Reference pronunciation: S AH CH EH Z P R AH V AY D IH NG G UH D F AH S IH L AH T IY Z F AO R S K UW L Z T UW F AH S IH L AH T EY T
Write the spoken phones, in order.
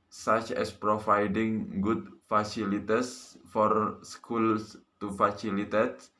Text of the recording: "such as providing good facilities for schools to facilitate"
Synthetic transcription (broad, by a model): S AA CH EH S P R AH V AY D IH NG G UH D F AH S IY L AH T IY S F AO R S K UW L S T UW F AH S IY L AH T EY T